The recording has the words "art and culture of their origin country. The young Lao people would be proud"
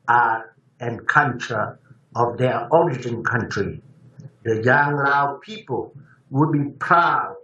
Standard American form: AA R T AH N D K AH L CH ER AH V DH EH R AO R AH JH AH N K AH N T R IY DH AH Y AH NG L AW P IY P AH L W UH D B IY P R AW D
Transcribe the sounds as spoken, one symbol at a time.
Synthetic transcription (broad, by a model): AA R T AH N K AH N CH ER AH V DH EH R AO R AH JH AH N K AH N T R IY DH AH Y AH NG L AW P IY P AH L W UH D B IY P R AW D